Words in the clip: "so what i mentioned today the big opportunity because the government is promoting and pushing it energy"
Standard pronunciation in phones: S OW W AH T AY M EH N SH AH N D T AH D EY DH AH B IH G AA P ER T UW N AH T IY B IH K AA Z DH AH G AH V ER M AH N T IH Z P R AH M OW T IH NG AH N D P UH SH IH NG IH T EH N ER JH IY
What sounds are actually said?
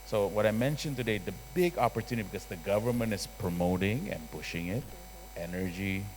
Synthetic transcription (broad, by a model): S OW W AH T AY M EH N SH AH N T AH D EY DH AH B IH G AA P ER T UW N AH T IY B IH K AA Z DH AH G AH V ER M AH N T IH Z P R AH M OW T IH NG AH N P UH SH IH NG IH T EH N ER JH IY